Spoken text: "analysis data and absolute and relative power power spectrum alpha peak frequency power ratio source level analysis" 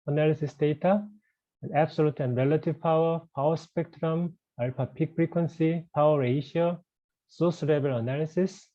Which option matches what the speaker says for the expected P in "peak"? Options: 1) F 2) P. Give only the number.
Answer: 2